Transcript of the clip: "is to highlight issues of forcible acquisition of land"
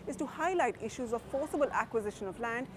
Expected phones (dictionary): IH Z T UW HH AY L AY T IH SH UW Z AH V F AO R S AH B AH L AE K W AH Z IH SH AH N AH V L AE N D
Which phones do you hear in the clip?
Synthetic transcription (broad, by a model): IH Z T UW HH AY L AY T IH SH UW Z AH V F AO S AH B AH L AE K W AH Z IH SH AH N AH V L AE N D